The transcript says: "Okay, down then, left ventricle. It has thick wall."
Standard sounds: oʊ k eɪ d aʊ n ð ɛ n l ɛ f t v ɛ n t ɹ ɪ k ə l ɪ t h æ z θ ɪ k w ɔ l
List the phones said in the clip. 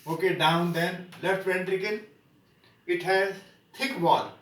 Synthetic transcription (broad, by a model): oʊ k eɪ d aʊ n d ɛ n l ɛ f t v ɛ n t ɹ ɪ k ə n ɪ t h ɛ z t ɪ k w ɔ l